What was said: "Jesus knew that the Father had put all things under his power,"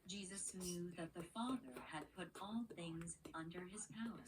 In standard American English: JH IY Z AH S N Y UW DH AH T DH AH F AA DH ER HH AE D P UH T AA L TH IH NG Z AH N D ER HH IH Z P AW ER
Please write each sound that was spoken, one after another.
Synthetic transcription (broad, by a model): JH IY Z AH S N Y UW DH AH T DH AH F AA DH ER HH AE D P UH T AA L TH IH NG Z AH N D ER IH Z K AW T